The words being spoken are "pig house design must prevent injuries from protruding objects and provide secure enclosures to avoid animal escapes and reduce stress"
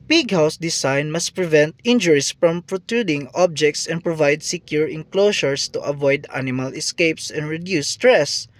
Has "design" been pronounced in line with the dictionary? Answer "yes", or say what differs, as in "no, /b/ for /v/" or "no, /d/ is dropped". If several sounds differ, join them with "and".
no, /s/ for /z/